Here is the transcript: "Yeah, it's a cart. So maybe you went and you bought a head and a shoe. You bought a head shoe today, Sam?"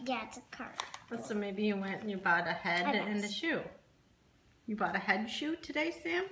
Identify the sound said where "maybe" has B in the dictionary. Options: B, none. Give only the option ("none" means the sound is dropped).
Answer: B